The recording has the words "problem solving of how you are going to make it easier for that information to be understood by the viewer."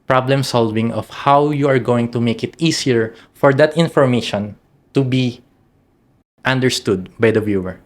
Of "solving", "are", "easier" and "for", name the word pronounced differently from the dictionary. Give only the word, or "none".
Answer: easier